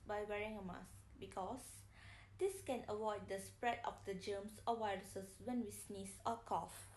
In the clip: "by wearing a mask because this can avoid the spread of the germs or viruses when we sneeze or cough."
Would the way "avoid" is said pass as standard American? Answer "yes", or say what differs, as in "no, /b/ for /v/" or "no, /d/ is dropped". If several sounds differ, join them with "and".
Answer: no, /w/ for /v/